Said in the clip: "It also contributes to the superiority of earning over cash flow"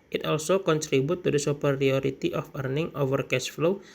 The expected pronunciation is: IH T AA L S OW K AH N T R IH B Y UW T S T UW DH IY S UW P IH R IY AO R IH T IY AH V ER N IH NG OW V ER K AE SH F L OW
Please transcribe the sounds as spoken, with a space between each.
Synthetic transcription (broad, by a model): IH T AA L S OW K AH N T R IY B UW T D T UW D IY S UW P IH R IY AO R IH T IY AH F ER N IH NG OW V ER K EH S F L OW